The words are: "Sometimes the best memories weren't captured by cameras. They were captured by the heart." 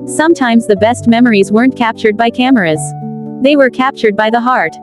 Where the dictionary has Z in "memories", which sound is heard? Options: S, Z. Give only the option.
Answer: Z